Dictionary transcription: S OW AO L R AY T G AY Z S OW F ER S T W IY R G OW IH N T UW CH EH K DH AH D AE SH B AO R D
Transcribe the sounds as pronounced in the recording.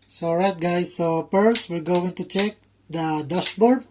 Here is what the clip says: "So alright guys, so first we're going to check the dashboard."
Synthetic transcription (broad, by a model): S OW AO R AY T G AY S OW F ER S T W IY L G OW IH N T UW CH EH K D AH D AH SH B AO R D